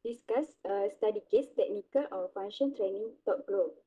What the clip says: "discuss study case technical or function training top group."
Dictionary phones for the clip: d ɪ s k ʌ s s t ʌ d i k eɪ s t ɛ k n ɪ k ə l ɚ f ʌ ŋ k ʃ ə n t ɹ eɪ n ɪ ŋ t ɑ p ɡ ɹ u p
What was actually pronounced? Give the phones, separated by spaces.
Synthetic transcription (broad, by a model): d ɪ s k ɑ s s t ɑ d i k eɪ s t ɛ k n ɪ k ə l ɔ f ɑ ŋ ʃ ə n t ɹ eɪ n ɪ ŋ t ɑ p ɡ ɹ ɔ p